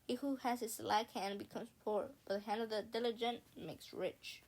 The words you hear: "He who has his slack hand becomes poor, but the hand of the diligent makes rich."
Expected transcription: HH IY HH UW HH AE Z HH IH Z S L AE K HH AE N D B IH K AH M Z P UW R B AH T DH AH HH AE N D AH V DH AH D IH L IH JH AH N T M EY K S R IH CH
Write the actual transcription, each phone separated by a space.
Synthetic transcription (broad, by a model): HH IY HH UW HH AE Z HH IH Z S L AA K HH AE N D B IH K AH M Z P UW R B AH T DH AH HH AE N D AH V DH AH D IH L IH JH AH N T M EY K S R IH CH